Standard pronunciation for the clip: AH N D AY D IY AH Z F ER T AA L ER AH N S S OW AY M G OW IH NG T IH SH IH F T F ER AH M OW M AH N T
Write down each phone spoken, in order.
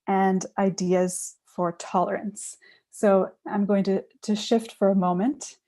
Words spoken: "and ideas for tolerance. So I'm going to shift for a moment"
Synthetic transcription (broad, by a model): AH N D AY D IY AH Z F ER T AA L ER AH N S S OW AY M G OW IH NG T IH SH IH F T F ER AH M OW M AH N T